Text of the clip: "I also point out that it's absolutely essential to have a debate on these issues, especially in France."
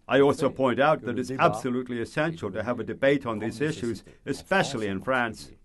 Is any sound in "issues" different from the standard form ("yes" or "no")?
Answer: no